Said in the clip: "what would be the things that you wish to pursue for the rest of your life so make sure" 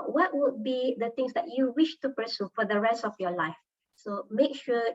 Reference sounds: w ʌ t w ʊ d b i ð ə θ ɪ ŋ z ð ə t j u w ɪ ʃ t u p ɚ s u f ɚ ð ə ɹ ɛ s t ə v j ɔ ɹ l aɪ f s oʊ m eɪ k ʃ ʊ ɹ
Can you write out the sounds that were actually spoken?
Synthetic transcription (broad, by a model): w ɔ t w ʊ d b i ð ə t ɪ ŋ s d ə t j u w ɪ ʃ t u p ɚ s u f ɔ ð ə ɹ ɛ s t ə f j ɔ l aɪ f s oʊ m eɪ k ʃ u